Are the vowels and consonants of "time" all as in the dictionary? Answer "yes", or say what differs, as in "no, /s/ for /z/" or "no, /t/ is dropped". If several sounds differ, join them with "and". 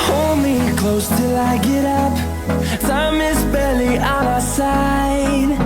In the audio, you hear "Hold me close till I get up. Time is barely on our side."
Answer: no, /s/ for /t/